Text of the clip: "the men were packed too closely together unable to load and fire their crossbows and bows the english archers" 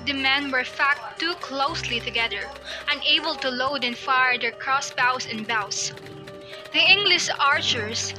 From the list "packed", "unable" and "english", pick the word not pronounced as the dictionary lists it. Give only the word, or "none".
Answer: packed